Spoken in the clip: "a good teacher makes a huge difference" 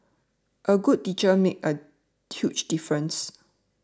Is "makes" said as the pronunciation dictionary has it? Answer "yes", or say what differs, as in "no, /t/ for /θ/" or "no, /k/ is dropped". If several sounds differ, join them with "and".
no, /s/ is dropped